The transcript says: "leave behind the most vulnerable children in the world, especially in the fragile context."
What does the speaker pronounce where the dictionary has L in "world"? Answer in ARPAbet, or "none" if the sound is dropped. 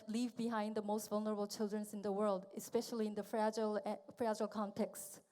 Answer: L